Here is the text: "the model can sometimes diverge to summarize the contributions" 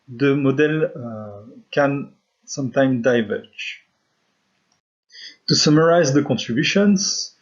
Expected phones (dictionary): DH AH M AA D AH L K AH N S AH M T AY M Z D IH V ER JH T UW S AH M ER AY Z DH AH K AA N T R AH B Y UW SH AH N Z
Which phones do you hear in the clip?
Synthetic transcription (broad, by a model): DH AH M AA D AH L K AH N S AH M T AY M D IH V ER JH T UW S AH M ER AY Z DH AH K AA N T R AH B Y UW SH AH N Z